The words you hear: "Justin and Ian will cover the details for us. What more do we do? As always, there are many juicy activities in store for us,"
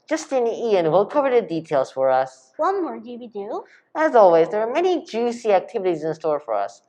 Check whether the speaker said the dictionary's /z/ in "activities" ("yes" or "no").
yes